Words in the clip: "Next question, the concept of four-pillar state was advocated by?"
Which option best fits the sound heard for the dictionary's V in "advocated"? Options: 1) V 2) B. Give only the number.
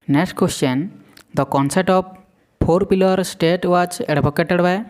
2